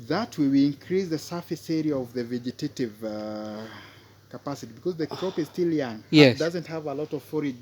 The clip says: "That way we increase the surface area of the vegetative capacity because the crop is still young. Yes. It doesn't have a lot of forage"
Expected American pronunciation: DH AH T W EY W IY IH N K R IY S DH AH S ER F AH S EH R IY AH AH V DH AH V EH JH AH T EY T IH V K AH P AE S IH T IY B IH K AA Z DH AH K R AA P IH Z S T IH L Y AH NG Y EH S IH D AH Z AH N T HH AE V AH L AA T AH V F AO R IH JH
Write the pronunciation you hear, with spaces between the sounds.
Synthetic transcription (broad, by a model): DH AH T W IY W IY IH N K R IY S DH AH S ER F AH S EH R IY AH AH V DH AH V EH JH AH T EY T IH V K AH P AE S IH T IY B IH K AA Z DH AH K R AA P IH Z S T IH L Y AH NG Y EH IH D AH Z AH N T HH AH V AH L AA T AH V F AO R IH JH